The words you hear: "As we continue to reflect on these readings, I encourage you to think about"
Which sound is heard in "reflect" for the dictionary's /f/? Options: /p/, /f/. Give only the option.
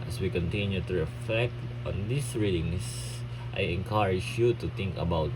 /f/